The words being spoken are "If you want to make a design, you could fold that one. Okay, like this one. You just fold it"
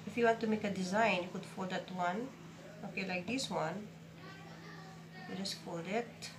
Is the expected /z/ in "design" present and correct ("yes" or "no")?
yes